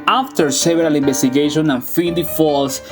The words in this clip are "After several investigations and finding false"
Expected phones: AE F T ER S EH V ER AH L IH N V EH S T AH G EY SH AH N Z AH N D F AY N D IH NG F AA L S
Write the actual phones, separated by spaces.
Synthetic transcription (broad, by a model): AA F T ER S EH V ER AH L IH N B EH S T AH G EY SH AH N AH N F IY D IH F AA L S